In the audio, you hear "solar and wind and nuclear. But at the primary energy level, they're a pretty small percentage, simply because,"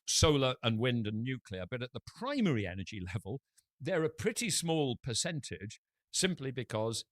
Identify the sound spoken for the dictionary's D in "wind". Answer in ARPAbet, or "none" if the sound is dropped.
D